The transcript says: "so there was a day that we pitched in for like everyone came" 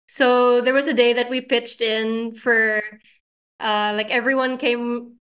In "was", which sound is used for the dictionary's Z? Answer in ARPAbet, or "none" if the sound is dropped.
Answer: Z